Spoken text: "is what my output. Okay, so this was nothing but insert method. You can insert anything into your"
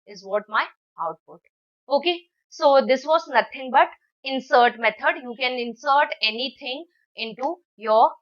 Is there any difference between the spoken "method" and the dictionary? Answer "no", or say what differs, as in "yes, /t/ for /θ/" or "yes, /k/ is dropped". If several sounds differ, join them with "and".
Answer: yes, /t/ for /θ/